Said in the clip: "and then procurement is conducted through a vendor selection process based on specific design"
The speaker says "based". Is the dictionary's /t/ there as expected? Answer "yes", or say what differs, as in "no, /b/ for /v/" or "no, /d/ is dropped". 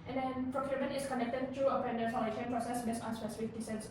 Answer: no, /t/ is dropped